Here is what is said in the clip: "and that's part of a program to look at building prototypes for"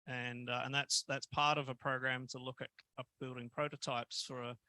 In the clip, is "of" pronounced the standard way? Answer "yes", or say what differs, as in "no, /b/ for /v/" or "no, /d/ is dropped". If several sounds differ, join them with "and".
yes